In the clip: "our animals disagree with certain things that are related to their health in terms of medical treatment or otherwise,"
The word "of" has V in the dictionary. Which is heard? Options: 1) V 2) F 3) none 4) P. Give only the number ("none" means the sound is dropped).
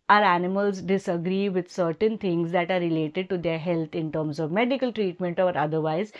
1